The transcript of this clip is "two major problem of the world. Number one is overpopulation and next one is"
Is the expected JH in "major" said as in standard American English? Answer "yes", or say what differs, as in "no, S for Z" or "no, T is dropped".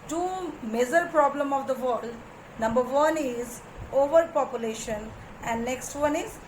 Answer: no, Z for JH